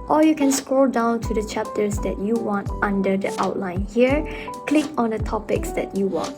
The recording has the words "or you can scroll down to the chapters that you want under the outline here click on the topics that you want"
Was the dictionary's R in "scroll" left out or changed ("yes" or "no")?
no